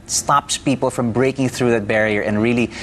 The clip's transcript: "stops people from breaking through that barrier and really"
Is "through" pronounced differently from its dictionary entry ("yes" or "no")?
no